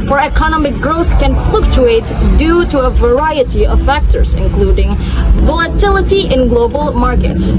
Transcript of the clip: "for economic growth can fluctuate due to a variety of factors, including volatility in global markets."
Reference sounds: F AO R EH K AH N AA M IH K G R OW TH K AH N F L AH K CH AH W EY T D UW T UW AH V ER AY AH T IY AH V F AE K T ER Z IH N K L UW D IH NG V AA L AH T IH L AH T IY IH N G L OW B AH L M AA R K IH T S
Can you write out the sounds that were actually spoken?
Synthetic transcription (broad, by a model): F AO R EH K AH N AA M IH K G R OW TH K AH N F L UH K CH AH EY T D UW T UW AH V ER AY AH T IY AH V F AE K T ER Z IH N K L UW D IH NG V AA L AH T IH L AH T IY IH N G L OW B AH L M AA R K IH T S